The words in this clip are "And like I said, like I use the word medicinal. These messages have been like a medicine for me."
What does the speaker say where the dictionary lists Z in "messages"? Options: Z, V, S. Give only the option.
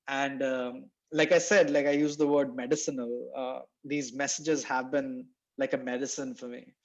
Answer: Z